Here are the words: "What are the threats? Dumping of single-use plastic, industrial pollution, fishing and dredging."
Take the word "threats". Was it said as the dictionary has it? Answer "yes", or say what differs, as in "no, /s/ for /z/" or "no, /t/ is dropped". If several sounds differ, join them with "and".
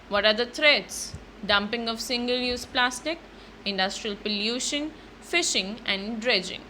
no, /t/ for /θ/